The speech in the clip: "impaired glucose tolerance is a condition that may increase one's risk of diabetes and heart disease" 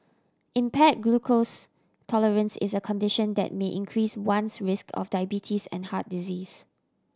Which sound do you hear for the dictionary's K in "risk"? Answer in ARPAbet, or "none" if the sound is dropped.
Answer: K